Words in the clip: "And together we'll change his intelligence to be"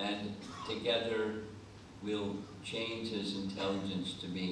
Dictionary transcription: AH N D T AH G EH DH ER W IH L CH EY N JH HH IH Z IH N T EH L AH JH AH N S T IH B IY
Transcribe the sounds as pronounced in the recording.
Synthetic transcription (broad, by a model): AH N T AH G EH DH ER W IH L CH EY N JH HH IH Z IH N T EH L AH JH AH N S T IH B IY